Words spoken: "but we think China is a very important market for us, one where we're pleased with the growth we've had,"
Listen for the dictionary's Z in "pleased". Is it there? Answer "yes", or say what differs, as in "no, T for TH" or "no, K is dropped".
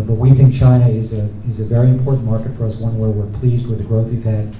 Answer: yes